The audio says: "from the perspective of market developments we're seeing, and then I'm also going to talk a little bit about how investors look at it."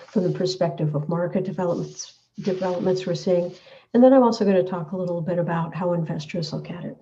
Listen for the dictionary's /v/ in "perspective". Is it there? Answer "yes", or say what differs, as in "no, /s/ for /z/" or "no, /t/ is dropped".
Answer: yes